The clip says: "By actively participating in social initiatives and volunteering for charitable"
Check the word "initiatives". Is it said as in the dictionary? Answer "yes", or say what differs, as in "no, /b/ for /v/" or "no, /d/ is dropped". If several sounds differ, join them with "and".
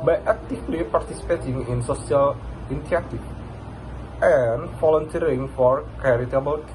no, /ʃ/ is dropped